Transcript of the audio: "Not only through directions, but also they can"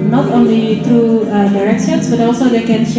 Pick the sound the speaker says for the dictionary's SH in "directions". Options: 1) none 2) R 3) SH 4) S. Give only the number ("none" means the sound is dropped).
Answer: 4